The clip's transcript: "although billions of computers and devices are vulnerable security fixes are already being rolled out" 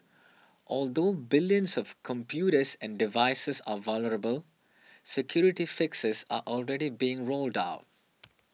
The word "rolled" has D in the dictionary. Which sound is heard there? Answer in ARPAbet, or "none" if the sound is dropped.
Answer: D